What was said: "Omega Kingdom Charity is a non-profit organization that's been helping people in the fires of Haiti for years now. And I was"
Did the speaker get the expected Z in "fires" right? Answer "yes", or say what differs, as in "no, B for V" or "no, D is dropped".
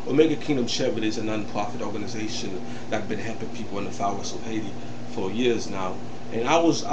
no, S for Z